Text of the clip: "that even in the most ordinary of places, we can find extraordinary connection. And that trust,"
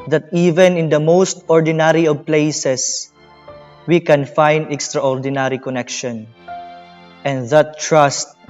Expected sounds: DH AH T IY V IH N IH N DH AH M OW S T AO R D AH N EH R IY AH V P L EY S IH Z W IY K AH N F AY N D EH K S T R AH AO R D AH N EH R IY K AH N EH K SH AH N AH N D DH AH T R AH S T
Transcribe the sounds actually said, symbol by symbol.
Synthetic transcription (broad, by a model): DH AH T IY V IH N IH N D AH M OW S T AO R D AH N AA R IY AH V P L EY S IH S W IY K AH N F AY N D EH K S T R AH AO R D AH N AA R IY K AH N EH K SH AH N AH N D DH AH T R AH S T